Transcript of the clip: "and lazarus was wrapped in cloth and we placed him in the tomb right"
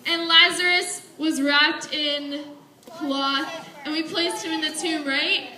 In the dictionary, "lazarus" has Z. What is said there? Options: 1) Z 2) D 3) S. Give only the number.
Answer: 1